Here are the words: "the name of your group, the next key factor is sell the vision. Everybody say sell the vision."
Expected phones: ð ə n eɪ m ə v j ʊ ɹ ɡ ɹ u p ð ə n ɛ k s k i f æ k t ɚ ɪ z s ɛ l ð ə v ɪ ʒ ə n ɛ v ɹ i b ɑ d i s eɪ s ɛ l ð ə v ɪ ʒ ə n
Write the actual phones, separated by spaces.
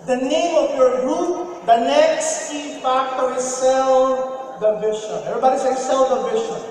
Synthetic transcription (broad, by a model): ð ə n eɪ m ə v j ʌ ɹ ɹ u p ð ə n ɛ k s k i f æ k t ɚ ɪ z s ɛ l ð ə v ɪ ʃ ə ɛ v ɹ i b ɑ d i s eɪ s ɛ l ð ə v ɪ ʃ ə